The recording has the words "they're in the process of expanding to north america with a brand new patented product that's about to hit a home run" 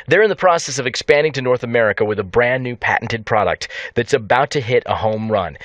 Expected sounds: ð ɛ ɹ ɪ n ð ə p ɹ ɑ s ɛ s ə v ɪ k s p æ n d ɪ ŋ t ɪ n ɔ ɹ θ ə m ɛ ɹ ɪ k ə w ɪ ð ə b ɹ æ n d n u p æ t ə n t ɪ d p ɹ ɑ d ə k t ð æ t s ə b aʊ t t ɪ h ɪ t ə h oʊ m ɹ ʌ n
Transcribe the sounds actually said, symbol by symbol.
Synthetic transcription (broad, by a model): ð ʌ ɹ ɪ n ð ə p ɹ ɑ s ɛ s ə v ɪ k s p æ n d ɪ ŋ t ɪ n ɔ ɹ θ ə m ɛ ɹ ɪ k ə w ɪ ð ə b ɹ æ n n u p æ t n t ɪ d p ɹ ɑ d ə k t ð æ t s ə b aʊ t t ɪ h ɪ t ə h oʊ m ɹ ʌ n